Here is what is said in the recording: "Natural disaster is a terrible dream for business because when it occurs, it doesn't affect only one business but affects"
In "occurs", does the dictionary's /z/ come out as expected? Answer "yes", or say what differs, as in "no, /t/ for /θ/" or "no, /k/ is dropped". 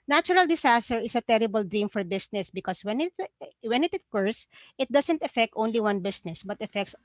no, /s/ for /z/